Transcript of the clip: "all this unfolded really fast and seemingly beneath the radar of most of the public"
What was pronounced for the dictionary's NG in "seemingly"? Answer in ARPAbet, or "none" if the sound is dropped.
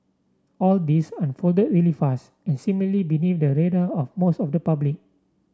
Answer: none